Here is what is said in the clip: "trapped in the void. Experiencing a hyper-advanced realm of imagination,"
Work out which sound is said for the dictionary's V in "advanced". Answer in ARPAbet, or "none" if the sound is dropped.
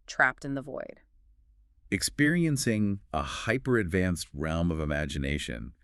V